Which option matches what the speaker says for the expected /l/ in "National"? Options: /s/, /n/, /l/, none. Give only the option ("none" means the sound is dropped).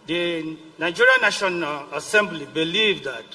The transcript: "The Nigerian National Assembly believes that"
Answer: /n/